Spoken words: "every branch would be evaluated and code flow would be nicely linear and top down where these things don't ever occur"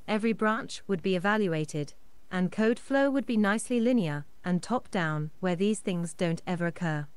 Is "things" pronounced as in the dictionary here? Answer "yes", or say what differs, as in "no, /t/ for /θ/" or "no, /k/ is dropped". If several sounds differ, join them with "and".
yes